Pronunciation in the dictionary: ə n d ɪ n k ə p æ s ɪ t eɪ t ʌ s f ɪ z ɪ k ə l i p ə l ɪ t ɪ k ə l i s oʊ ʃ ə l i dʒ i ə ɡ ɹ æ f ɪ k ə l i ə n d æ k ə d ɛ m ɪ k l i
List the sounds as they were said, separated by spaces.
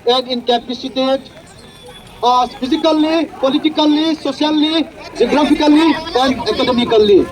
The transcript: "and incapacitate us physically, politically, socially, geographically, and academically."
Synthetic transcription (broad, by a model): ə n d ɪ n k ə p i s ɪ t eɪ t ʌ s p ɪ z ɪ k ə l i p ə l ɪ t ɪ k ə l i s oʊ s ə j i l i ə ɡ ɹ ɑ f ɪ k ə l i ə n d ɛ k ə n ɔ m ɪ k l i